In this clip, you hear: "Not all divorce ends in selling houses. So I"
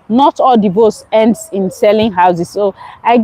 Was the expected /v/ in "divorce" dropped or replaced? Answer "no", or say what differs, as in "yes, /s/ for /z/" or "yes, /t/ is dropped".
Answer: yes, /b/ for /v/